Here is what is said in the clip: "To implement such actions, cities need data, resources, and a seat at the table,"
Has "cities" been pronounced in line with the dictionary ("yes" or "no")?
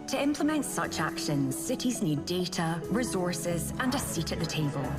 yes